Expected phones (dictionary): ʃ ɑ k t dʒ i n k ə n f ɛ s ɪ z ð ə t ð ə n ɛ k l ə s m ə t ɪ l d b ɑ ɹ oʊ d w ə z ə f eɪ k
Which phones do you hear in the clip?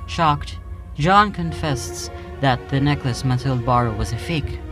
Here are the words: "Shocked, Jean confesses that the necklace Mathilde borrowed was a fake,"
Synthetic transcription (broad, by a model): ʃ ɑ k t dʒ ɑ n k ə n f ɛ s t s ð ə t ð ə n ɛ k l ə s m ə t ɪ l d b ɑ ɹ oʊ w ə z ə f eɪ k